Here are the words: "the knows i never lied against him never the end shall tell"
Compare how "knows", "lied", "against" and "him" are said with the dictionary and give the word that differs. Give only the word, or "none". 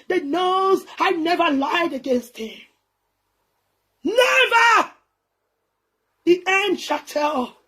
none